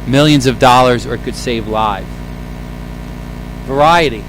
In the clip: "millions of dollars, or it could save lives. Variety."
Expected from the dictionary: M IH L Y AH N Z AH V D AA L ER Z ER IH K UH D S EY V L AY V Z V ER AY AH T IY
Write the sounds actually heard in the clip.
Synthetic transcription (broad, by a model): M IH L Y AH N Z AH V D AA L ER Z ER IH K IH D S EY V L AY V V ER AY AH T IY